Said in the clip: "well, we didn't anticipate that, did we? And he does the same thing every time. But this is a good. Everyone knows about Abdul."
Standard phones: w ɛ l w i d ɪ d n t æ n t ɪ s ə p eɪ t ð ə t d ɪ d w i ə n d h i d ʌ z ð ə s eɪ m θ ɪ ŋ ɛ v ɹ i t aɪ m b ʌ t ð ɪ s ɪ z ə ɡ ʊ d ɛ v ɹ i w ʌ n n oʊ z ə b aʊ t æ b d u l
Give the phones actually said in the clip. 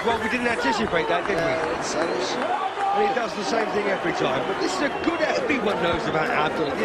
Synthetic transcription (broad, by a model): w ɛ l w i d ɪ d n t æ n t ɪ s ə p eɪ t ð ə t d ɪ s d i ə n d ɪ d ʌ z ð ə s eɪ m θ ɪ ŋ ɛ v ɹ i t aɪ m b ʌ t ð ɪ s ɪ z ə ɡ ʊ d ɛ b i w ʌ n n oʊ z ə b aʊ t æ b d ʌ l